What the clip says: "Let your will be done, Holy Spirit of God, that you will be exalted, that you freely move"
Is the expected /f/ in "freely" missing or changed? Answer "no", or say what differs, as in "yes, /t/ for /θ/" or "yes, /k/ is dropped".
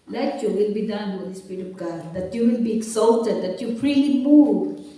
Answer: yes, /p/ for /f/